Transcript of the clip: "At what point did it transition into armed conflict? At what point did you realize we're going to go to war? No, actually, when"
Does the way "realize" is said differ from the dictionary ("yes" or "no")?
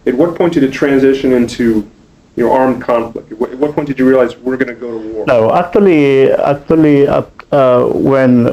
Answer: no